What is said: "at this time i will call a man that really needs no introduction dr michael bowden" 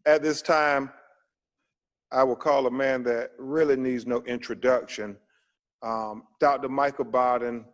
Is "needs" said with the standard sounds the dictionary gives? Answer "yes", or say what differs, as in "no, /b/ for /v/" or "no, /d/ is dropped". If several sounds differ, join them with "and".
yes